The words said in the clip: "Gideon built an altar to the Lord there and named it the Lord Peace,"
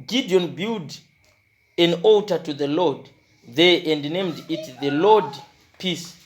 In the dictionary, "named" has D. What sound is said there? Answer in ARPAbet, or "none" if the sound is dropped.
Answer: D